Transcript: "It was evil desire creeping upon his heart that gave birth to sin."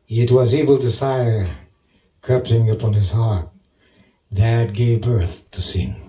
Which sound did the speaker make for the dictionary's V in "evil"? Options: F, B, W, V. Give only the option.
B